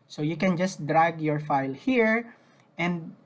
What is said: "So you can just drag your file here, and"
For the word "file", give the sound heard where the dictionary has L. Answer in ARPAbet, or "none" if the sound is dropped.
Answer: L